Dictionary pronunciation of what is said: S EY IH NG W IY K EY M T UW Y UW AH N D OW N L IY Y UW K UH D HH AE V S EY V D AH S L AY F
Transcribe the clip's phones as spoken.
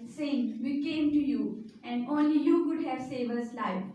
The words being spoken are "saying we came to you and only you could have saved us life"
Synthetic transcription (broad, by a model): S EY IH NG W IY K EY M T UW Y UW AH N D OW N L IY Y UW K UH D HH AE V S EY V AH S L AY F